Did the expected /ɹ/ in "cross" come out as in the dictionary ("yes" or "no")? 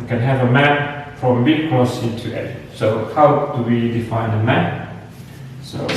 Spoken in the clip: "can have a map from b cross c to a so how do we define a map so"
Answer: no